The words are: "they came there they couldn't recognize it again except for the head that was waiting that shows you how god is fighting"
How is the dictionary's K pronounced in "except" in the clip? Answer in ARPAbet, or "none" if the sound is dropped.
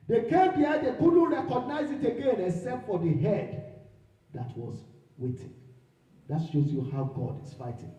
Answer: none